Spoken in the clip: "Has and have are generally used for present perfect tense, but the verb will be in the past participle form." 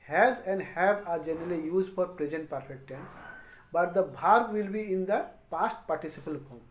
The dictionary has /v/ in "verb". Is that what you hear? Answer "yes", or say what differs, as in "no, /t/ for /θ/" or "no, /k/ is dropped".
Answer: no, /b/ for /v/